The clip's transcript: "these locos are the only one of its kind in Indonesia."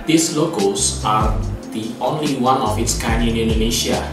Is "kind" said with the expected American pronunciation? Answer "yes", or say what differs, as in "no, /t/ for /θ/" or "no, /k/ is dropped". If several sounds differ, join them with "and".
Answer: no, /d/ is dropped